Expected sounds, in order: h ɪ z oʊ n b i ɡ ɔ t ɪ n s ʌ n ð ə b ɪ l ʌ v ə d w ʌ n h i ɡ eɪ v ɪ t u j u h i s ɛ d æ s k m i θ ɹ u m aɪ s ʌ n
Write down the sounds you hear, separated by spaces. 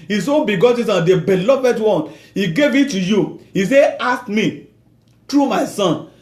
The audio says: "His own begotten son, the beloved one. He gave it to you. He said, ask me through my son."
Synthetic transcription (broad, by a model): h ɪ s oʊ b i ɡ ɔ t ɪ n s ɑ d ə b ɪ l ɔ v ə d w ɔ n h i ɡ eɪ v ɪ t u j u h i s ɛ ɑ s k m i t ɹ u m aɪ s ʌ n